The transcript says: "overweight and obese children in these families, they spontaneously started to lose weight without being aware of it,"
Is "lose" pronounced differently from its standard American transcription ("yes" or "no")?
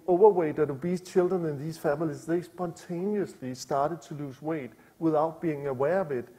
yes